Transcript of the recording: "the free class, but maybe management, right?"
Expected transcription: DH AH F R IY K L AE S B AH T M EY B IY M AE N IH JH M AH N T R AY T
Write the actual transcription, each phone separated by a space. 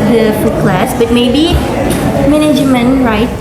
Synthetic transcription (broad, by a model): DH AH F UW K L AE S B AH T M EY B IY M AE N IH JH M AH N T R AY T